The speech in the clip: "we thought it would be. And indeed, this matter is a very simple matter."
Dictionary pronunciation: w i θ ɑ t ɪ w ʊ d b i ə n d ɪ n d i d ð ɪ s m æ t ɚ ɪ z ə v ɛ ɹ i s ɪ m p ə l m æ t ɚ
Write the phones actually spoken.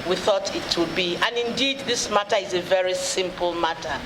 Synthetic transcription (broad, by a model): w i θ ɑ t ɪ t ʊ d b i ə n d ɪ n d i d ð ɪ s m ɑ t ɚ ɪ z ə v ɛ ɹ i s ɪ m p ə l m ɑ t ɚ